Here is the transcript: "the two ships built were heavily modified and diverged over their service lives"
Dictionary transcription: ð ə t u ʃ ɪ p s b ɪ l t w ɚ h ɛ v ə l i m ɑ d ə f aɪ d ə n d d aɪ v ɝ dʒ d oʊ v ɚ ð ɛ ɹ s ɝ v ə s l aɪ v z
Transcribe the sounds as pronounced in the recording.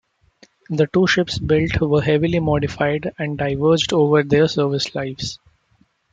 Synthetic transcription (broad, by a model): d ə t u ʃ ɪ p s b ɪ l t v ɚ h ɛ v ə l i m ɑ d ə f aɪ d ə n d d aɪ v ɝ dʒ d oʊ v ɚ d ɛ ɹ s ɝ v ə s l aɪ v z